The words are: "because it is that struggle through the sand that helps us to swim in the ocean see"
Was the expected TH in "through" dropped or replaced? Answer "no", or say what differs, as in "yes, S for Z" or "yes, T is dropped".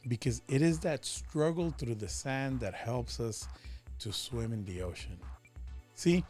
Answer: no